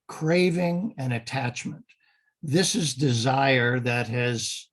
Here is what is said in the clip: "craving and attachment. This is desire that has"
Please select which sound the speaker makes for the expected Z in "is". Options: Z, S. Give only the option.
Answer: Z